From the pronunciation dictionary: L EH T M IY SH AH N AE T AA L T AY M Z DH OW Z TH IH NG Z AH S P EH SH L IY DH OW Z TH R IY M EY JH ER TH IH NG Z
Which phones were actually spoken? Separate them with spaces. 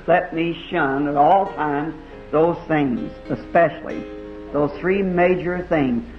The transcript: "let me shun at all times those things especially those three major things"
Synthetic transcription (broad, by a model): L EH T M IY SH AH N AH T AA L T AY M Z DH OW Z TH IH NG Z AH S P EH SH L IY DH OW Z TH R IY M EY JH ER TH IH NG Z